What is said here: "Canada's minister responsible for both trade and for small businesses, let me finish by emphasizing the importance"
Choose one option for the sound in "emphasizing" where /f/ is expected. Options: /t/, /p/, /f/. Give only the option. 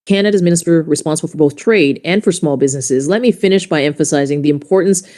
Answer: /f/